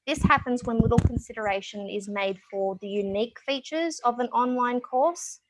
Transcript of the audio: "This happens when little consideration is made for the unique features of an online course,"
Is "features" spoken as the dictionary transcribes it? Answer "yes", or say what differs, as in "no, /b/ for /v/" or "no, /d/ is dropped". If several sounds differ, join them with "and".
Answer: yes